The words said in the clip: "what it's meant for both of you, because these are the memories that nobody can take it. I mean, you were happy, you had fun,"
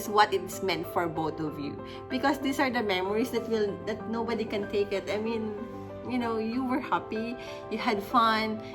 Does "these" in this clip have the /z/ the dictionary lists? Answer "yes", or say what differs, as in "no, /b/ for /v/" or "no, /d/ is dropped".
no, /s/ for /z/